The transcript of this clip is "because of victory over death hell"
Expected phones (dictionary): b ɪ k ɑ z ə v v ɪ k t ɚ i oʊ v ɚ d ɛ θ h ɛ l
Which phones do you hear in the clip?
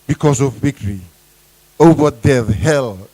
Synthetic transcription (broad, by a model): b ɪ k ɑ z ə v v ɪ k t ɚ i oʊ w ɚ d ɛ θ h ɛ l